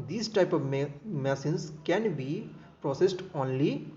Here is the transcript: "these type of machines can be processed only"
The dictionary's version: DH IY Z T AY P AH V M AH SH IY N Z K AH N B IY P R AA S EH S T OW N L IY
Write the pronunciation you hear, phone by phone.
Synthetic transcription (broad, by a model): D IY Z T AY P AH V M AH S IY N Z K AH N B IY P R AA S EH S T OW N L IY